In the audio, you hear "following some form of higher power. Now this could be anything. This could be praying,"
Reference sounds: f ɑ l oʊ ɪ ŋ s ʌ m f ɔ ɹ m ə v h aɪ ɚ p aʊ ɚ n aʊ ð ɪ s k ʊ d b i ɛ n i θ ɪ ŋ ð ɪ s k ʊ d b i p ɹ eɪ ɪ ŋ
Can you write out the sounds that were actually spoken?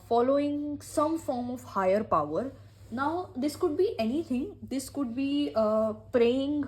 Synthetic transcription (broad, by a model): f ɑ l oʊ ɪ ŋ s ʌ m f ɔ ɹ m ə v h aɪ ɚ p aʊ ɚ n aʊ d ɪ s k ʊ d b i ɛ n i t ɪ ŋ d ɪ s k ʊ d b i p ɹ eɪ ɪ ŋ